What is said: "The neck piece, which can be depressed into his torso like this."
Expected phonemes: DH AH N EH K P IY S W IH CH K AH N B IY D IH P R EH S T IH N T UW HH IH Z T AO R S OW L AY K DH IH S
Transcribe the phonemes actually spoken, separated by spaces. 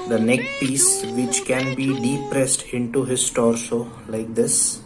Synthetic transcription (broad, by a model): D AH N EH K P IY S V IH CH K AH N B IY D IH P R EH S T IH N T UW HH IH S T AO R S OW L AY K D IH S